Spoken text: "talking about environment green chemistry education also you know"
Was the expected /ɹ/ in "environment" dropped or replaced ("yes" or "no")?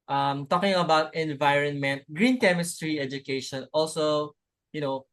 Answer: no